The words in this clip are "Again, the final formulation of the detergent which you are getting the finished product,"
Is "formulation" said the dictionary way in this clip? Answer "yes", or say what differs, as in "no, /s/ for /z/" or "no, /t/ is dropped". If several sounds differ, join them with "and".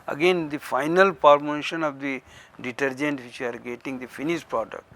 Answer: no, /p/ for /f/ and /l/ is dropped